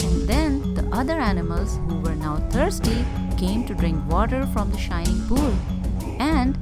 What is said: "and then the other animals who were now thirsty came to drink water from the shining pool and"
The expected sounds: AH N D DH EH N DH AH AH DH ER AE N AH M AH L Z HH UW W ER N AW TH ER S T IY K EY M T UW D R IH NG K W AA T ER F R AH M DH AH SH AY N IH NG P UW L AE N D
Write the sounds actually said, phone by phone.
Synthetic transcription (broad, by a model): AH N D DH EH N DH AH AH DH ER AE N AH M AH L Z HH UW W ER N AW T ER S T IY K EY M T UW D R IH NG K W AA T ER F R AH M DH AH SH AY N IH NG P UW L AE N D